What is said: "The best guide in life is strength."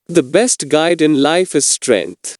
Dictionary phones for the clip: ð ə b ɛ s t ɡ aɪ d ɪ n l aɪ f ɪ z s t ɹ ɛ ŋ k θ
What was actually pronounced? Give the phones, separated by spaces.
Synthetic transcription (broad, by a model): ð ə b ɛ s t ɡ aɪ d ɪ n l aɪ f ɪ z s t ɹ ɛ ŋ k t